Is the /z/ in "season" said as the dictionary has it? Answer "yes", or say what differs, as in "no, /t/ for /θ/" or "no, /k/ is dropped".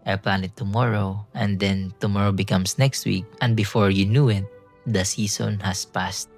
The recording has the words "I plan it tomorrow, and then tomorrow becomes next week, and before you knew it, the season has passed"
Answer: no, /s/ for /z/